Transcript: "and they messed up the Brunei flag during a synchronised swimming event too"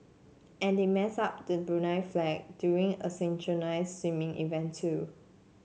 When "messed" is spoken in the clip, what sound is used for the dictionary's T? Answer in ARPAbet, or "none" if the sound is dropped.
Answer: none